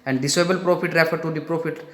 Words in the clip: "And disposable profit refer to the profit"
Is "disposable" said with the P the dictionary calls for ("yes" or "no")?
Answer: no